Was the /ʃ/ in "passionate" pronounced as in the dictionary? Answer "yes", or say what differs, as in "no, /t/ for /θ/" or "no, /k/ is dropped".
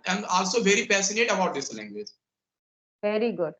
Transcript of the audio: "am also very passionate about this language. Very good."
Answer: no, /s/ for /ʃ/